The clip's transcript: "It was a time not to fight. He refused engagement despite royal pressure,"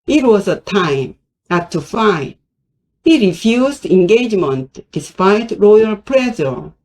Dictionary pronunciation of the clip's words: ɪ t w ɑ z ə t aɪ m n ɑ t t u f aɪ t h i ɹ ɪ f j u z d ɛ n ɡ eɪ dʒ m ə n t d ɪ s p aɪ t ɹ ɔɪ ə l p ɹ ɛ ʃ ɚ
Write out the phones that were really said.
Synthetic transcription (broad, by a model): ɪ t w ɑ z ə t aɪ m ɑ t t u f aɪ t h i ɹ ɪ f j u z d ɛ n ɡ eɪ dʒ m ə n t d ɪ s p aɪ t ɹ ɔɪ ə l p ɹ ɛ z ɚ